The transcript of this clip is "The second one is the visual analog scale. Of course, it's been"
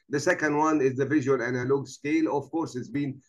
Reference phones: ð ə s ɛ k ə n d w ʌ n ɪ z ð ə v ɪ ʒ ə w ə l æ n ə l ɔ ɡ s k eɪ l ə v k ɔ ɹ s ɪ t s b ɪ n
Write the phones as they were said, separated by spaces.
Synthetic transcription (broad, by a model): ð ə s ɛ k ə n d w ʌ n ɪ z ð ə v ɪ ʒ ə w ə l æ n ə l ɔ ɡ s k eɪ l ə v k ɔ ɹ s ɪ t s b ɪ n